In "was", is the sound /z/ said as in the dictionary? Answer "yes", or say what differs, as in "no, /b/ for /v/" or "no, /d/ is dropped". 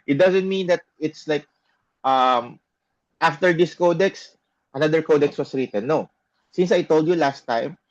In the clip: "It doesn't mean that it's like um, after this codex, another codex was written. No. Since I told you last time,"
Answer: no, /s/ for /z/